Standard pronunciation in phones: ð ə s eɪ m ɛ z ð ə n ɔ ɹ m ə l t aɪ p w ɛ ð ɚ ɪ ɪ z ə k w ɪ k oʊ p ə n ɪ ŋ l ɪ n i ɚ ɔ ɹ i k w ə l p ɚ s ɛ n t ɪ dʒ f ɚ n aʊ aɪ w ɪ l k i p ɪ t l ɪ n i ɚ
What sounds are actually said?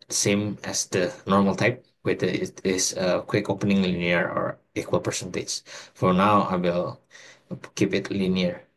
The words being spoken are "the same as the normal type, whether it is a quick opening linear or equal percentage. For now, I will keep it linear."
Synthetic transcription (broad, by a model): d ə s eɪ m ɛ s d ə n ɔ ɹ m ə l t aɪ p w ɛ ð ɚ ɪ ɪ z ə k w ɪ k oʊ p ə n ɪ ŋ l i n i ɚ ɔ ɹ i k w ə l p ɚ s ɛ n t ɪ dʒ f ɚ n aʊ aɪ w ɪ l k i p ɪ t l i n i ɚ